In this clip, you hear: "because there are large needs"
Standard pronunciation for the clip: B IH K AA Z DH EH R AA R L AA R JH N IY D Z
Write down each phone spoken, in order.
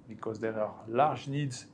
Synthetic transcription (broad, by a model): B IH K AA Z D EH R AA R L AA R ZH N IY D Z